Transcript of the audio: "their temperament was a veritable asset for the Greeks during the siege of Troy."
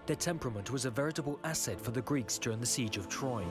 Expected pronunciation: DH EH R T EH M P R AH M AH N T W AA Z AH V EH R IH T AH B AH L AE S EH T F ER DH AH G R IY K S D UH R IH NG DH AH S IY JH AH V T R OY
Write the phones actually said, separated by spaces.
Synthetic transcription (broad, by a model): DH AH R T EH M P R AH M AH N T W AA Z AH V EH R IH T AH B AH L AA S EH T F ER DH AH G R IY K S D UH R IH NG DH AH S IY JH AH V T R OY